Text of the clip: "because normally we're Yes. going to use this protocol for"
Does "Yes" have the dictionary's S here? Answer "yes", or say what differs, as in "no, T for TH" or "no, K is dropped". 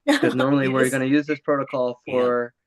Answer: no, S is dropped